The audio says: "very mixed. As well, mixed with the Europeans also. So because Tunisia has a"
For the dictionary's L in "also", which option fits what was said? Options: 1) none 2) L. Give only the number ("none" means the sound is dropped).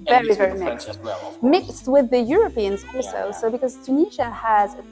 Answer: 1